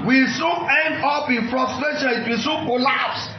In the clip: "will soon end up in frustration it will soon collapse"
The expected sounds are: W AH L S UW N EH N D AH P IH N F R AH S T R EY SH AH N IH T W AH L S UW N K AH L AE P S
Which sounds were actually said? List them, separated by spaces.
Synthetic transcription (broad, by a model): W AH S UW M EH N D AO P IH N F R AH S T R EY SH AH L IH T W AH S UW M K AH L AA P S